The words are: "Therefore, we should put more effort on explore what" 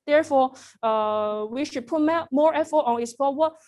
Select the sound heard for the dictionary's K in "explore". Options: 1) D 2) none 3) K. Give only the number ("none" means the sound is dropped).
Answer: 2